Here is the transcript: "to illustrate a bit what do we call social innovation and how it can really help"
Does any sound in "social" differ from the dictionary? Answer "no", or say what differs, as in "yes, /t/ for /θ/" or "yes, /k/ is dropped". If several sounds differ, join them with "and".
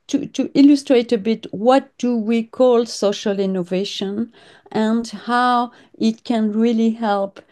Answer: no